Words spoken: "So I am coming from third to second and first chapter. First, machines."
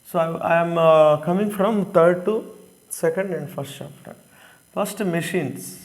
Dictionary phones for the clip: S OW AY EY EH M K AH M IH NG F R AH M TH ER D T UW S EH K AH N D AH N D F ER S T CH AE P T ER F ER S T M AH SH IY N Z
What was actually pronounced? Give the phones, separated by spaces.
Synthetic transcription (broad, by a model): S OW AY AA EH M K AH M IH NG F R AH M T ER D T UW S EH K AH N D AH N D F ER S T CH AE P T ER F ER S T M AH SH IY N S